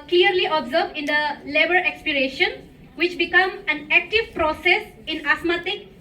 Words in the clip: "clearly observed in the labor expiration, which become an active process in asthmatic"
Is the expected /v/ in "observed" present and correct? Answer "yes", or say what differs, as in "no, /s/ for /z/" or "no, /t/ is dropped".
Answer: no, /b/ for /v/